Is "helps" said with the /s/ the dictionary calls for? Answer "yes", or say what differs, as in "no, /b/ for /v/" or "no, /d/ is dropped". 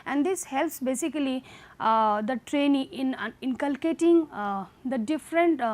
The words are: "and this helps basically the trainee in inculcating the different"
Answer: yes